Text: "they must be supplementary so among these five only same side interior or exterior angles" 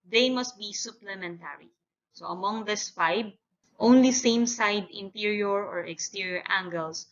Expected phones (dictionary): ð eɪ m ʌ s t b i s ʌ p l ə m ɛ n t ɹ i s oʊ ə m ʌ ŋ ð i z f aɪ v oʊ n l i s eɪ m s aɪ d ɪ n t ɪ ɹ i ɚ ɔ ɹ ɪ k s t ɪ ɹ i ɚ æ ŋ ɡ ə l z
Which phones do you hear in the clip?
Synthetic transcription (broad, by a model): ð eɪ m ʌ s t b i s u p l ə m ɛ n t ɹ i s oʊ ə m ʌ ŋ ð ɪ s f aɪ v oʊ n l i s eɪ m s aɪ d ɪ n t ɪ ɹ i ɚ ɔ ɹ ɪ k s t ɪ ɹ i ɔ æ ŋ ɡ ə l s